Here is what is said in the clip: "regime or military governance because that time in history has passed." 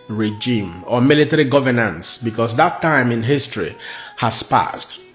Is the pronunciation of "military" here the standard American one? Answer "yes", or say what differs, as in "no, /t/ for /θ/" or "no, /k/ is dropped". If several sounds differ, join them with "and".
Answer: yes